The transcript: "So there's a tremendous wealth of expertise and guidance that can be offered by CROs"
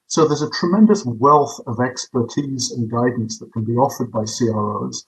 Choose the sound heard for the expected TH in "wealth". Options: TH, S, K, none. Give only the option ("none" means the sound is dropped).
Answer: TH